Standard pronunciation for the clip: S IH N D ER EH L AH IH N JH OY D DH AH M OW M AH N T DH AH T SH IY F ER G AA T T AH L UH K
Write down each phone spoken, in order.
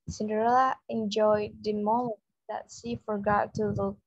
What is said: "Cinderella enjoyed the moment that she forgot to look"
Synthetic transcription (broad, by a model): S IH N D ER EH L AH IH N JH OY D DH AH M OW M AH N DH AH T S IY F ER G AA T T AH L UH